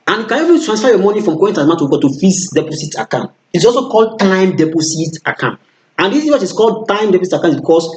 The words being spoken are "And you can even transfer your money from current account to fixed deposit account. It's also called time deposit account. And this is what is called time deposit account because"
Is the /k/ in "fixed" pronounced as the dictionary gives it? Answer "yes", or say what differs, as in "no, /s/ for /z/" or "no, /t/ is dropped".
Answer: no, /k/ is dropped